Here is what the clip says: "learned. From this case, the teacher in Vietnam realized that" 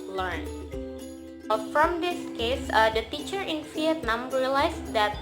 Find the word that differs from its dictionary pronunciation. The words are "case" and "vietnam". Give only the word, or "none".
vietnam